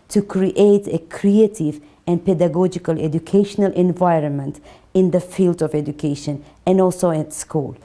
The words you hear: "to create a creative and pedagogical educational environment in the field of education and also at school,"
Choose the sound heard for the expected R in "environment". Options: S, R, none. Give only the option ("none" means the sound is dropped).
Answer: R